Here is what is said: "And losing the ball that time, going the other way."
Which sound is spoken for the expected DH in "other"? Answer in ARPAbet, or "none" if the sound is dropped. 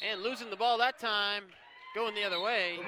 DH